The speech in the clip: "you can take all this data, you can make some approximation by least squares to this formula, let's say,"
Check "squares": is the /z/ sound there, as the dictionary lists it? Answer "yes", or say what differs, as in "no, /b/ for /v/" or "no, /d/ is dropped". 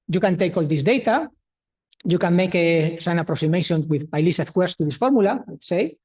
no, /s/ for /z/